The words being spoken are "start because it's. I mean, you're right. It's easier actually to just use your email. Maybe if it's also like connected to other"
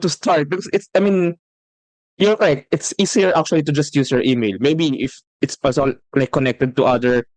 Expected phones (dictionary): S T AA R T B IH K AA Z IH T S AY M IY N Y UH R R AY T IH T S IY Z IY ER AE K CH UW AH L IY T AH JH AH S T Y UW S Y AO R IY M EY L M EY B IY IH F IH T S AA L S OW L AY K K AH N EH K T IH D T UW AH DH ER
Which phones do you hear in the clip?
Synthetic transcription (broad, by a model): S T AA R T B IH K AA S IH T S AY M IY N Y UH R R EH T IH T S IY S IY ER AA K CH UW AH L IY T AH JH AH S T Y UW S Y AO R IY M EY L M EY B IY IH F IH T S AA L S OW L AY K K AH N EH K T IH D T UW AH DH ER